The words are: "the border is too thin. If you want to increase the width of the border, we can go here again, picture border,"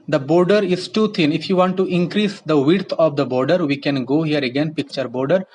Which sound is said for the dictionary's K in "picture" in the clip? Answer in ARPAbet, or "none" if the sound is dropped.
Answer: K